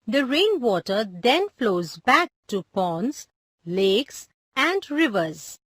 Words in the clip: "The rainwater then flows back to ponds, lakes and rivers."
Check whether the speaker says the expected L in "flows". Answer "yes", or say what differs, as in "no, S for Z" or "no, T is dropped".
yes